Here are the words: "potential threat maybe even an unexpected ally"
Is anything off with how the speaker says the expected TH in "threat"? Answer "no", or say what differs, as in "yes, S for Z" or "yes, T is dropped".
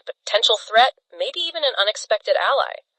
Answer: no